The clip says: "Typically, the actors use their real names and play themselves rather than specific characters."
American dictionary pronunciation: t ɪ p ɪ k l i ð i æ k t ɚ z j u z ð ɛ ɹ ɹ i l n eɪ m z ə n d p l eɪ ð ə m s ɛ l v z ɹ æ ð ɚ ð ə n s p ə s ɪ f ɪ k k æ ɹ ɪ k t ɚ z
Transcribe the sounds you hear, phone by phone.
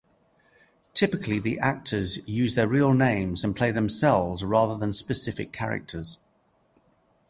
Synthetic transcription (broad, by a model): t ɪ p ɪ k l i ð i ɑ k t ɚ z j u z ð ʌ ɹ ɹ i l n eɪ m z ə n p l eɪ ð ə m s ɛ l v z ɹ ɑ ð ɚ ð ə n s p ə s ɪ f ɪ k k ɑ ɹ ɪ k t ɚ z